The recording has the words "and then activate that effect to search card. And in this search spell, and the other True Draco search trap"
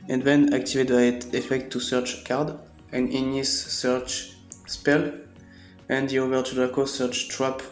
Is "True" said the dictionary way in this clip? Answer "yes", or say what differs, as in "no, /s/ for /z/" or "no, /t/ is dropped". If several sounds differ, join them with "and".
no, /ɹ/ is dropped